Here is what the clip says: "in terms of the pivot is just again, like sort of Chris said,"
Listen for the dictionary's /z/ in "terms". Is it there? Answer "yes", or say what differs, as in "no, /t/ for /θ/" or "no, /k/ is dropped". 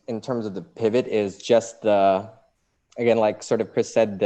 yes